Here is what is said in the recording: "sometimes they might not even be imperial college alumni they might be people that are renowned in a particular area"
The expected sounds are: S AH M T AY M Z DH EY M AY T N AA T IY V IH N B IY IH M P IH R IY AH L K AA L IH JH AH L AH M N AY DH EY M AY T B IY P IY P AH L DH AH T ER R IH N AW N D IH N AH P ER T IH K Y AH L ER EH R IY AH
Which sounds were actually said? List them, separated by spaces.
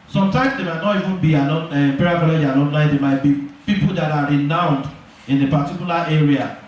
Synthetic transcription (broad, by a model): S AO M T AY M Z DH EY M AY T N AA T IY V IH N B IY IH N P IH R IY K AA L IH JH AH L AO N AY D EY M AY T B IY P IY P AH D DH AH T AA R IH N AW N D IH N AH P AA T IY K Y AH L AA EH R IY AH